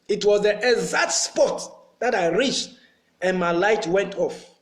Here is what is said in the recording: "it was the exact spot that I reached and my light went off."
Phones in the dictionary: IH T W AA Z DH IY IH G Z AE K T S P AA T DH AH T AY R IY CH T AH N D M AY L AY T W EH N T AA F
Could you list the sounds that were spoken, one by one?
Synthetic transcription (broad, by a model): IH T W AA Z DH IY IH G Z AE T S P AA T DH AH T AY R IY CH T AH N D M AY L AY T W EH N T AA F